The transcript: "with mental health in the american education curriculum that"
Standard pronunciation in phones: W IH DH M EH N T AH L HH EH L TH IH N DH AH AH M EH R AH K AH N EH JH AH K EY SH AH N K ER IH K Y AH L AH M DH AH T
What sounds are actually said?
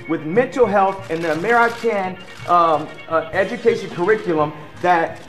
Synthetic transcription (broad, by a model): W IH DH M EH N T L HH EH L TH IH N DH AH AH M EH R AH K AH N EH JH AH K EY SH AH N K ER IH K Y L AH M DH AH T